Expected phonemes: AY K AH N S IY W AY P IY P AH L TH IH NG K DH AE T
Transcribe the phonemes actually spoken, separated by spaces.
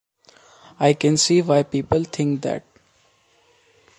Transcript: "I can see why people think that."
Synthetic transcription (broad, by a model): AY K AH N S IY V AY P IY P AH L T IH NG K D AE T